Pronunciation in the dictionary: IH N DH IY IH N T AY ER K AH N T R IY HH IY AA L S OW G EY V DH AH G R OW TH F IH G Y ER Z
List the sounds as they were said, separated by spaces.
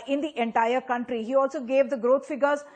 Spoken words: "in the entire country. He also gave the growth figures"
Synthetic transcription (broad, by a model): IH N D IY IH N T AY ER K AH N T R IY HH IY AA L S OW G EY V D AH G R OW T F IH G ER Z